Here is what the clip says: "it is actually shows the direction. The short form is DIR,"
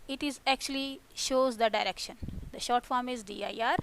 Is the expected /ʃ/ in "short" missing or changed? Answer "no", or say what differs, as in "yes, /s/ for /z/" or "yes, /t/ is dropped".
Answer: no